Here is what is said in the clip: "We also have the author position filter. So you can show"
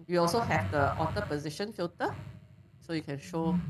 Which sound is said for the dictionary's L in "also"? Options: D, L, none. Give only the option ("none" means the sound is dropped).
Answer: L